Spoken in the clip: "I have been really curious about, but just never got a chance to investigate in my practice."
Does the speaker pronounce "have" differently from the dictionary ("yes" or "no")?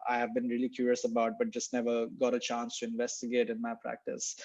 no